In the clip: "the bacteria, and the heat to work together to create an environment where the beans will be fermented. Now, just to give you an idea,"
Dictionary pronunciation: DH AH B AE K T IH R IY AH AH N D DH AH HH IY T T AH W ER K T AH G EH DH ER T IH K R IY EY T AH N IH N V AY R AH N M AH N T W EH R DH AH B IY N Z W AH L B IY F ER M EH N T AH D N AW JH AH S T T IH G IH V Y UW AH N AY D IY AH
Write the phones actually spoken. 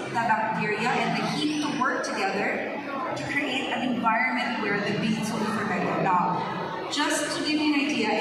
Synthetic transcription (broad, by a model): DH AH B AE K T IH R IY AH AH N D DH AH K IY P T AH W ER K T AH G EH DH ER T IH K R IY EY T AH N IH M V AY R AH N M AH N T W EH R DH AH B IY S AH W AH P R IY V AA IH T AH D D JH AH S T T IH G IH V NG AH N AY D IY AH